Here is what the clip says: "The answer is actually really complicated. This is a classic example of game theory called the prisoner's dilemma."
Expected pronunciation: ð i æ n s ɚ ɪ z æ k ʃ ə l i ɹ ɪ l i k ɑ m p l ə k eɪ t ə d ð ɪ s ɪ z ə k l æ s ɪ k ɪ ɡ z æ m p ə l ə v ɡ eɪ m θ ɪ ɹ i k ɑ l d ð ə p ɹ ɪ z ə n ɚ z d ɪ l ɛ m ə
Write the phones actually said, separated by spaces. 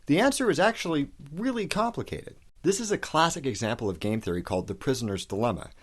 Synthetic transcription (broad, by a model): ð i æ n s ɚ ɪ z æ k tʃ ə l i ɹ ɪ l i k ɑ m p l ə k eɪ t ə d ð ɪ s ɪ z ə k l æ s ɪ k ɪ ɡ z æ m p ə l ə v ɡ eɪ m θ ɪ ɹ i k ɑ l d ð ə p ɹ ɪ z ə n ɚ z d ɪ l ɛ m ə